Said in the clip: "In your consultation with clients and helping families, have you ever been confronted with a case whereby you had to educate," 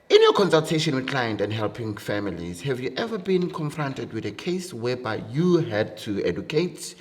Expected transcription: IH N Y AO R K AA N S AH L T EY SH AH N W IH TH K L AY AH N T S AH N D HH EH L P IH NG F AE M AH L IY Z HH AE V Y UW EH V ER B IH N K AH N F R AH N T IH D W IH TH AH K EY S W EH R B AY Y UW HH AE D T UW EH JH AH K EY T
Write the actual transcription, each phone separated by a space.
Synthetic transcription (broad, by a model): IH N Y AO K AA N S AH L T EY SH AH N W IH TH K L AY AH N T AH N D HH EH L P IH NG F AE M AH L IY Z HH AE V Y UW EH V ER B IH N K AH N F R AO N T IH D W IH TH AH K EY S W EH B AY Y UW HH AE D T UW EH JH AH K EY T